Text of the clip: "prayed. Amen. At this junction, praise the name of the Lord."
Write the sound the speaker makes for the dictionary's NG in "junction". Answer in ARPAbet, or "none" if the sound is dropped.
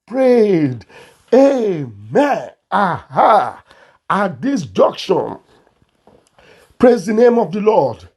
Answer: none